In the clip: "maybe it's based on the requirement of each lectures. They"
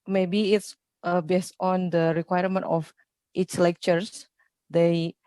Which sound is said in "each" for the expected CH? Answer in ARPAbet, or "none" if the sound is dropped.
S